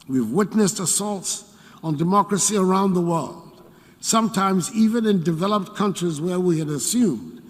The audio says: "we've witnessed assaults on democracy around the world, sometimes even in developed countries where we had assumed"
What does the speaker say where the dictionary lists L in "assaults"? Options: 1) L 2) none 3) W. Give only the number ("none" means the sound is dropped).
1